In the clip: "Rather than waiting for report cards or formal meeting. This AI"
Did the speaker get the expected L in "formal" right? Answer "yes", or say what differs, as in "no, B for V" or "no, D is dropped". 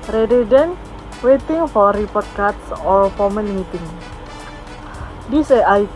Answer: no, N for L